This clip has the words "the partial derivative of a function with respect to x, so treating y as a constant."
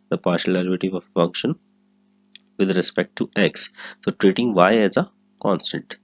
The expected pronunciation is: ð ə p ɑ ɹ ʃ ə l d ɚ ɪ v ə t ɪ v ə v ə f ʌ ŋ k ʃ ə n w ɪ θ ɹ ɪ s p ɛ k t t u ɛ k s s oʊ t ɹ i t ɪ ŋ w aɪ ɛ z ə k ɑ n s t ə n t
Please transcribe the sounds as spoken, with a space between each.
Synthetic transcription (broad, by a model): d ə p ɑ ɹ ʃ ə l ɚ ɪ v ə t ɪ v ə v f ʌ ŋ k ʃ ə n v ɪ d ɹ ɪ s p ɛ k t t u ɛ k s s oʊ t ɹ i t ɪ ŋ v aɪ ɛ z ə k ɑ n s t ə n t